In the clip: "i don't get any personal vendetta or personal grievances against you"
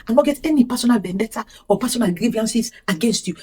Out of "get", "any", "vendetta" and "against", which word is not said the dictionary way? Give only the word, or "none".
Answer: vendetta